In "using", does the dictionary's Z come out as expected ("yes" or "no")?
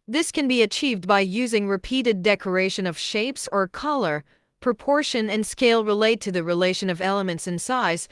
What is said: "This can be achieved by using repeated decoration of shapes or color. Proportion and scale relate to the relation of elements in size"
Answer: yes